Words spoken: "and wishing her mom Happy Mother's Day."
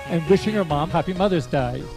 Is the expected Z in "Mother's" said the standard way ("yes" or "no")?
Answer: yes